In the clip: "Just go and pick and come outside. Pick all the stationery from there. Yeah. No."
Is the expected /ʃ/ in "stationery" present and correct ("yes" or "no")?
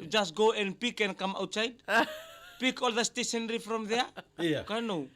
no